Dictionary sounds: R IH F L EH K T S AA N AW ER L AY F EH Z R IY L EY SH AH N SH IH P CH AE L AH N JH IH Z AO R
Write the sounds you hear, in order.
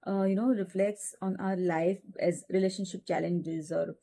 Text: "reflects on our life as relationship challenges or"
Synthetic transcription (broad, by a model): R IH F L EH K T S AA N AW ER L AY F EH Z R IY L EY SH AH N SH IH P CH AE L AH N JH IH Z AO R